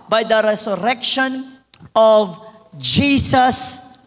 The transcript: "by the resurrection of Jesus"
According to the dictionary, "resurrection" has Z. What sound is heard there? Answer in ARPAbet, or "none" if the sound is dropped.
S